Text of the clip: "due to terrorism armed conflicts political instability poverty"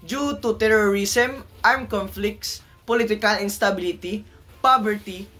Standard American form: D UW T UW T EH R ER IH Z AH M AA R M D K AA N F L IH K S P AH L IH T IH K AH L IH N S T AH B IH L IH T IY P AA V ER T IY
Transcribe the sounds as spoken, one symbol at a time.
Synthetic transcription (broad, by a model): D UW T UW T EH R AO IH S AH M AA R M K AA N F L IH K S P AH L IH T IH K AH L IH N S T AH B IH L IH T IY P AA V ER T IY